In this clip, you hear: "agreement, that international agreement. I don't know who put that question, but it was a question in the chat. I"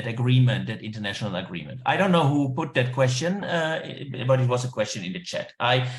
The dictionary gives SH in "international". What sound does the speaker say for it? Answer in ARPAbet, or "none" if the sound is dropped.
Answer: SH